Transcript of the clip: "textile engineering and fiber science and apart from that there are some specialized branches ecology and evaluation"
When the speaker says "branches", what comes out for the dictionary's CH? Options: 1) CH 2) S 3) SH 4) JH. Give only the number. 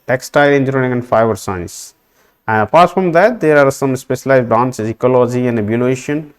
2